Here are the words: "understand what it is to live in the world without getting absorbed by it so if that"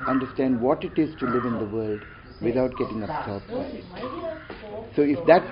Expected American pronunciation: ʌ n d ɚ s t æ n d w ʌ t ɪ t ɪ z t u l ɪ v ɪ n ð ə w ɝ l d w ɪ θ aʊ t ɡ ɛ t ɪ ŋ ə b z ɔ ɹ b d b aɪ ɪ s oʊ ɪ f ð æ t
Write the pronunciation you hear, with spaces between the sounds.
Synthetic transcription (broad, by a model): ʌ n d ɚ s t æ n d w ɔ t ɪ t ɪ z t u l ɪ v ɪ n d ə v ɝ l d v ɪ t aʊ t ɡ ɛ t ɪ ŋ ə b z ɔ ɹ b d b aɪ ɪ s oʊ ɪ f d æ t